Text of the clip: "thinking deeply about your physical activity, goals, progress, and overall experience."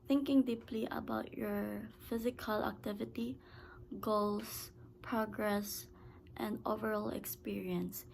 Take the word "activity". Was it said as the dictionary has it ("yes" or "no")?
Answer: yes